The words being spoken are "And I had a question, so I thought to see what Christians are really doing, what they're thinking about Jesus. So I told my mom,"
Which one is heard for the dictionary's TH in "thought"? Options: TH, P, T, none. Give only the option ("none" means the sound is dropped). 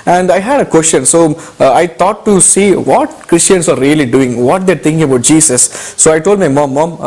T